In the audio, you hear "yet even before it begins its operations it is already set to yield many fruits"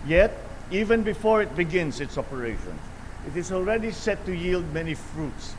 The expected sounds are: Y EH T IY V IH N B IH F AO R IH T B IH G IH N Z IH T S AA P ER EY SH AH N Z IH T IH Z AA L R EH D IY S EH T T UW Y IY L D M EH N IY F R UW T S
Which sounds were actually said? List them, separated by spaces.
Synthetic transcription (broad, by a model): Y EH T IY V IH N B IH F AO R IH T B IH G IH N S IH T S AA P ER EY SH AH N S IH T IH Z AA L R EH D IY S EH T T UW Y IY L D M EH N IY F R UW T S